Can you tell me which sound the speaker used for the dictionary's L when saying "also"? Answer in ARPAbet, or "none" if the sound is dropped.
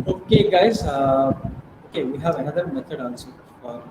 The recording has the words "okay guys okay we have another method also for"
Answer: N